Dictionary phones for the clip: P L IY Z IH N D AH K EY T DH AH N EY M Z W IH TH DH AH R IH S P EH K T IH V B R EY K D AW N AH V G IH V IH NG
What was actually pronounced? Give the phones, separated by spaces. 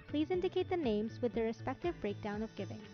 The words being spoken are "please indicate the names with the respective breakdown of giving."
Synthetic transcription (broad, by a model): P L IY Z IH N D AH K EY T DH AH N EY M Z W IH DH AH R IH S P EH K T IH V B R EY K D AW N AH V G IH V IH NG